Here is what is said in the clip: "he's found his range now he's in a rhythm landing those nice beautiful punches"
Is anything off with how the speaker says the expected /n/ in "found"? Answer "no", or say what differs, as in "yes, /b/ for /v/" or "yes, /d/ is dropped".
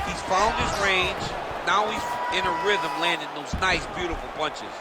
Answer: yes, /l/ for /n/